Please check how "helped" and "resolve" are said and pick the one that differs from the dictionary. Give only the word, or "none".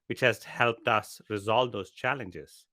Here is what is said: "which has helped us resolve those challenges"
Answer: none